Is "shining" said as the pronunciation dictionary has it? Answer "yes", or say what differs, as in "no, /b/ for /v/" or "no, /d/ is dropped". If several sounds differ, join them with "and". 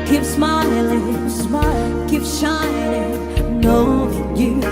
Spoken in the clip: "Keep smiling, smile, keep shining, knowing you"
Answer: no, /l/ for /n/